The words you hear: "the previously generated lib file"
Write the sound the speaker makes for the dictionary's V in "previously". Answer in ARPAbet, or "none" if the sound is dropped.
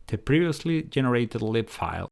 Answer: V